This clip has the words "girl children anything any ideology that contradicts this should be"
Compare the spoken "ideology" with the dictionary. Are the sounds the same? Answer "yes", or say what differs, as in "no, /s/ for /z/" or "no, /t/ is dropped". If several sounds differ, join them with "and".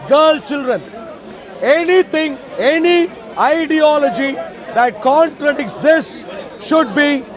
yes